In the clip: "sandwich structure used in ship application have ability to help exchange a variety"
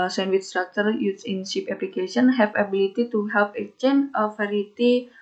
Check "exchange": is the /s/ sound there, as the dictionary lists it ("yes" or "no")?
no